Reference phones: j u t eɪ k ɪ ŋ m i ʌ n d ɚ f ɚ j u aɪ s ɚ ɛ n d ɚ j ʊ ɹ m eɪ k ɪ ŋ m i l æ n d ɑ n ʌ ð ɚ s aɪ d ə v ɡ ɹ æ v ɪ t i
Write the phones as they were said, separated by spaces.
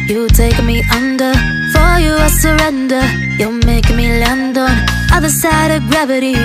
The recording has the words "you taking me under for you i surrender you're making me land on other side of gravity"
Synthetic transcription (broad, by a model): j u t eɪ ɪ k m i ʌ n d ɚ f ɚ j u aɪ s ɚ ɛ n d ɚ j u l m eɪ ɪ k m i l æ n d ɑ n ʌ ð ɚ s aɪ d ə v ɡ ɹ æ v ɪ t i